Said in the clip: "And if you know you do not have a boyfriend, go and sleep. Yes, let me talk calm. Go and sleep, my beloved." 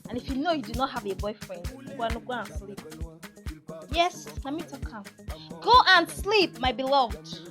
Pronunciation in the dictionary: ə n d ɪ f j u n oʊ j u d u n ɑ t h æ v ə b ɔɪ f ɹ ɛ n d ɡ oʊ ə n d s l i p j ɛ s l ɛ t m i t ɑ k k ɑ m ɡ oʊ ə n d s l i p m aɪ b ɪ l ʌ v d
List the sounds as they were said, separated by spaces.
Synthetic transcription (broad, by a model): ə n ɪ f j u n oʊ j u d u n ɑ t h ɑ v ə b ɔɪ f ɹ ɛ n d ɡ oʊ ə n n s l i p j ɛ s n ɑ m i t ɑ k k ɑ m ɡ oʊ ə n s l i p m aɪ b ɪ l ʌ v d